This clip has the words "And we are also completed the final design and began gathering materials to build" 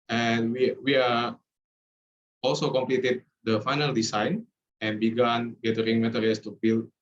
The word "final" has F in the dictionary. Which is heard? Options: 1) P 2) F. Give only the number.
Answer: 2